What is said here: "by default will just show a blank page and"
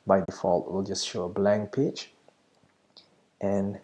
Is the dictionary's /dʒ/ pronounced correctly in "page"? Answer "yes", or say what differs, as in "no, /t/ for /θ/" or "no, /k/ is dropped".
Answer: no, /tʃ/ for /dʒ/